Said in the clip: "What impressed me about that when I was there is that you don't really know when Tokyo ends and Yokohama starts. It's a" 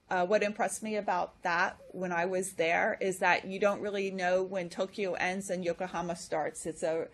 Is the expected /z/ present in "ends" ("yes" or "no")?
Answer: yes